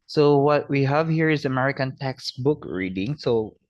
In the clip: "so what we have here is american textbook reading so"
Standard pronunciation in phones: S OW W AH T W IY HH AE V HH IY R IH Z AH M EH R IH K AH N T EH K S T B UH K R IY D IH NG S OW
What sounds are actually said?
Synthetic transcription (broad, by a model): S OW W AH T W IY HH AE V HH IY R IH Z AH M EH R IH K AH N T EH K S B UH K R IY D IH NG S OW